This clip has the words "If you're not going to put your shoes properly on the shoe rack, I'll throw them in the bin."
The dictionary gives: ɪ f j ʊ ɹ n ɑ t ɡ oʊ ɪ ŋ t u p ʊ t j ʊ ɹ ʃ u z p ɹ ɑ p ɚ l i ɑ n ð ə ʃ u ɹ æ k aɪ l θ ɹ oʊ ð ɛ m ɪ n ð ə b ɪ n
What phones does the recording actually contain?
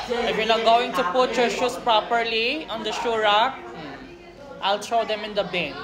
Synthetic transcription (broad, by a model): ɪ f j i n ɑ ɡ oʊ ɪ ŋ t u p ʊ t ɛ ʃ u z p ɹ ɑ p ɚ l i ɑ n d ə ʃ u ɹ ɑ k aɪ l t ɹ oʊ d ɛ m ɪ n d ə b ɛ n